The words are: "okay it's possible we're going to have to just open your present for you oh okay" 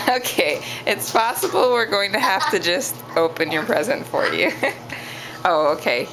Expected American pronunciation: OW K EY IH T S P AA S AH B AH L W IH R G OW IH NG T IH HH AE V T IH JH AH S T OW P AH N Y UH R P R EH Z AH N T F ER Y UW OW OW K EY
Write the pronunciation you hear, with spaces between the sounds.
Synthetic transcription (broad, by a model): OW K EY IH T S P AA S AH B L W IH R G OW IH NG T IH HH AE F T IH JH AH S T OW P AH N Y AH R P R EH Z AH N T F ER Y UW OW OW K EY